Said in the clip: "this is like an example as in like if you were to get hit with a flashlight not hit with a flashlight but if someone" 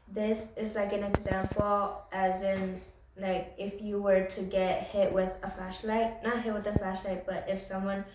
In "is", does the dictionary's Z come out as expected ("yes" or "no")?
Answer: yes